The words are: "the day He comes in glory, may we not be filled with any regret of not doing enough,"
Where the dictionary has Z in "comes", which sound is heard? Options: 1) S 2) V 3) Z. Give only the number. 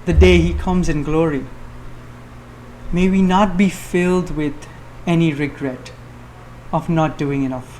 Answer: 3